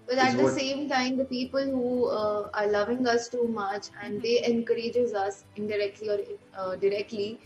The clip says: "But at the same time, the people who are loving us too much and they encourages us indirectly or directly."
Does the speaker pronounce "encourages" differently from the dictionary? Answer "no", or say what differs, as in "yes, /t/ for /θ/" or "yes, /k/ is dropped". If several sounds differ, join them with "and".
no